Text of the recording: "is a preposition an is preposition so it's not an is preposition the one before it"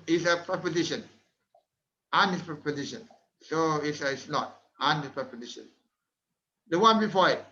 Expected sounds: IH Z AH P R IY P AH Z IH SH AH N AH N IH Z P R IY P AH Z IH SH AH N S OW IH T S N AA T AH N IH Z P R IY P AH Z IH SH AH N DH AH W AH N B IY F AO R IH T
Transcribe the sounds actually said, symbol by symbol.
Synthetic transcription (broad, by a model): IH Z AH P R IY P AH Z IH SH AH N AH N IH S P R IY P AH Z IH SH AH N S OW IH S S N AA T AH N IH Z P R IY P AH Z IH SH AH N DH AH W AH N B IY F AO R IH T